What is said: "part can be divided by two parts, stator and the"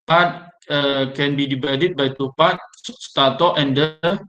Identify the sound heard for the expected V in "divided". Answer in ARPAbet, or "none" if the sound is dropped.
B